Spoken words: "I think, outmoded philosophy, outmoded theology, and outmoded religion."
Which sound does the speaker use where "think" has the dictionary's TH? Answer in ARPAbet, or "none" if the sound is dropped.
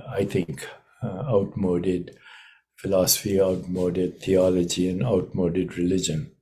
T